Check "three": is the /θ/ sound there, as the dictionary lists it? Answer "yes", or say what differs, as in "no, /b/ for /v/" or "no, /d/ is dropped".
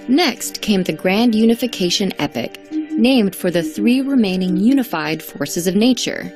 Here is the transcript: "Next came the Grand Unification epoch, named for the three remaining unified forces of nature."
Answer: yes